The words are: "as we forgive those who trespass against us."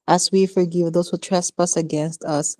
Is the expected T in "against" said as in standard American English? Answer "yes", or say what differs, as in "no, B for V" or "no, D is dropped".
yes